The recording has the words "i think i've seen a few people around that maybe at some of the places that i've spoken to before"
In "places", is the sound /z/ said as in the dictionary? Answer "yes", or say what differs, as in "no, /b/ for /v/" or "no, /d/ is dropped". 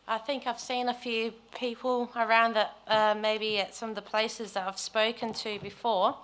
yes